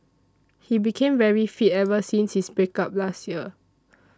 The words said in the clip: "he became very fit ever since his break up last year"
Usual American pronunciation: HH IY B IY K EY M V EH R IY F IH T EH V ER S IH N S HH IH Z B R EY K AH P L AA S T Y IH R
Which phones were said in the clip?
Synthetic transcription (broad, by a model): HH IY B IY K EY M V EH R IY F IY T EH V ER S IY N S HH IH S B EY K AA P L AA S T Y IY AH